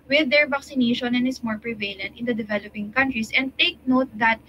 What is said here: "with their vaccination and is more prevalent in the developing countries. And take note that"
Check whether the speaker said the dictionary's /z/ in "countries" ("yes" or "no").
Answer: no